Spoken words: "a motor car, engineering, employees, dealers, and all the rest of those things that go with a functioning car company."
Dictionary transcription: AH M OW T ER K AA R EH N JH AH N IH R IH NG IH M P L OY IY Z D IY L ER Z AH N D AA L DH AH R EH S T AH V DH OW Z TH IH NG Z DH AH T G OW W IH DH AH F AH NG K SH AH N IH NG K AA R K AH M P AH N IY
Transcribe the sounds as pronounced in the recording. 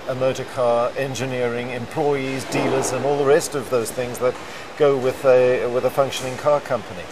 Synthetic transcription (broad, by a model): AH M OW T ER K AA R EH N JH AH N IH R IH NG IH M P L OY IY Z D IY L ER Z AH N AA L DH AH R EH S T AH V DH OW Z TH IH NG Z DH AH T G OW W IH DH AH F AH NG K SH AH N IH NG K AA R K AH M P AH N IY